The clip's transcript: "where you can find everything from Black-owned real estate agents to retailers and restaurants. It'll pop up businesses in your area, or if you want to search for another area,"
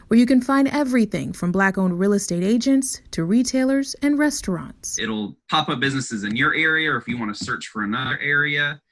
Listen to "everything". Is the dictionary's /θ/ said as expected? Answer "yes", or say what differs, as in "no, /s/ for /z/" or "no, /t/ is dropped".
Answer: yes